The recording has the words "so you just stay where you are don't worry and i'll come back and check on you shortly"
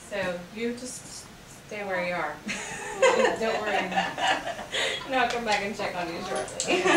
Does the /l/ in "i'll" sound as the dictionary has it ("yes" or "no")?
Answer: no